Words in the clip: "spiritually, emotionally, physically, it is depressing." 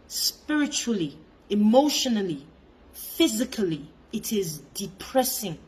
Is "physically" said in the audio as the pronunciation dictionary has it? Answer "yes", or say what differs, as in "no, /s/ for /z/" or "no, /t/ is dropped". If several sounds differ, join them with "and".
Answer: yes